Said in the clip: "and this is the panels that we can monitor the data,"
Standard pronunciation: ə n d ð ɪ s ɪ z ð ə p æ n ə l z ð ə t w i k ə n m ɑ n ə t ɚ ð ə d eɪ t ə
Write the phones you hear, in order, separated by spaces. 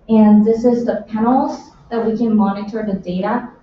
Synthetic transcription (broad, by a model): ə n ð ɪ s ɪ z ð ə p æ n l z ð ə t w i k ə n m ɑ n ə t ɚ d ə d eɪ t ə